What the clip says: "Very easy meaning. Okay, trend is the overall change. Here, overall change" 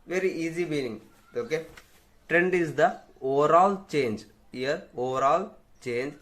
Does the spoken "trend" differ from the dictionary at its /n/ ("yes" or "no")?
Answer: no